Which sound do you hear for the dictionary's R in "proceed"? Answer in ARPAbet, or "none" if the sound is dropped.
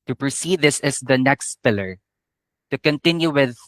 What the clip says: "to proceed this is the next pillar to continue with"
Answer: R